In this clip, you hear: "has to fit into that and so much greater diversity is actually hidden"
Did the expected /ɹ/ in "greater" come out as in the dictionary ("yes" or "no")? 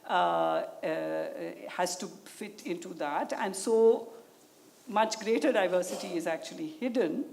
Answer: yes